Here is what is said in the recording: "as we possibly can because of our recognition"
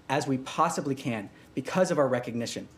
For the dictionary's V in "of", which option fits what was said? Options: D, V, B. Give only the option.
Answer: V